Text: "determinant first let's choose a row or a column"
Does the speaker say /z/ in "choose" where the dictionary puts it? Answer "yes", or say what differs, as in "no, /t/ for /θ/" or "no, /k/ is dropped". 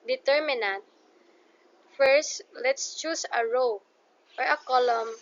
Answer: no, /s/ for /z/